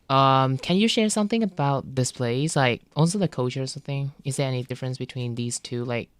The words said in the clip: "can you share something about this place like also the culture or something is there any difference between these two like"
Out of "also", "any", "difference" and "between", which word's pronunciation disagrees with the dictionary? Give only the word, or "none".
also